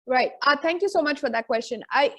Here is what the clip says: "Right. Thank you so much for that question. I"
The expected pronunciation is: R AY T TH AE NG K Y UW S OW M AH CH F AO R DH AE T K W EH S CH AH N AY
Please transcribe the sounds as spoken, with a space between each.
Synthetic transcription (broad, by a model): R AY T T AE NG K Y UW S OW M AH CH F AO R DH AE T K W EH S CH AH N AY